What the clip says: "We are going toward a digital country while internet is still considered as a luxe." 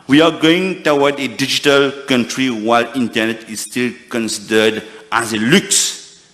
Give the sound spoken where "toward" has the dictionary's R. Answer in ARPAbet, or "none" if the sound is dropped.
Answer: W